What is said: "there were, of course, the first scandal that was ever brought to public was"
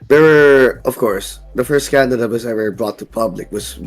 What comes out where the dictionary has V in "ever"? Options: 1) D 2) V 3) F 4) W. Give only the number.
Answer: 4